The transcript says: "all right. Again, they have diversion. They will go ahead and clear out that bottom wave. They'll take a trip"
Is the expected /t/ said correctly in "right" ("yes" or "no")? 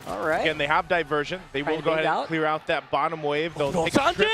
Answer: no